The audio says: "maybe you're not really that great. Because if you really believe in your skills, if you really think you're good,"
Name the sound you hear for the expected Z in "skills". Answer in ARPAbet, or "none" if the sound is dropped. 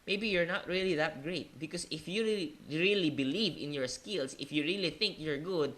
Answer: S